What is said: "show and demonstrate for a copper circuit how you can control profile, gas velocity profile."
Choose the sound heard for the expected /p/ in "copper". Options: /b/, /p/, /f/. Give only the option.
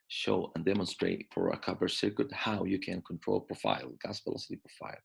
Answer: /b/